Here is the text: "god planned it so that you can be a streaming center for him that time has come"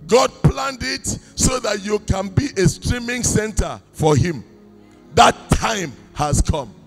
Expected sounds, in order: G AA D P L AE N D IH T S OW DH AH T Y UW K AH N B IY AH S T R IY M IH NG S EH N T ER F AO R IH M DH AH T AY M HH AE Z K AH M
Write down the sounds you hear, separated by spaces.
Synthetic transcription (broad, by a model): G AA D P L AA N D IH T S OW DH AH T Y UW K AH N B IY AH S T R IY M IH NG S EH N T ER F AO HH IH M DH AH T AY M HH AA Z K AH M